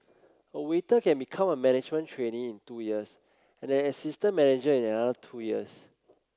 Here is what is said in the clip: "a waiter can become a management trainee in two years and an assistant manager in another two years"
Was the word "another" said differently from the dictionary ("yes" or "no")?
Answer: yes